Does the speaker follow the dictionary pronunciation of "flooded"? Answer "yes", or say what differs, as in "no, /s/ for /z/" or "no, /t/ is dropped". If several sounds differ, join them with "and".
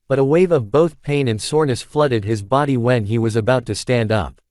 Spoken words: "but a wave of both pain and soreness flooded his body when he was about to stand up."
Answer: yes